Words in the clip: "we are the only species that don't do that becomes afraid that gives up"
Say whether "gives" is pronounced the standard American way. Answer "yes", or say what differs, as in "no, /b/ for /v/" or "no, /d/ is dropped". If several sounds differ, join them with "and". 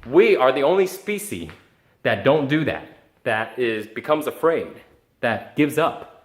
yes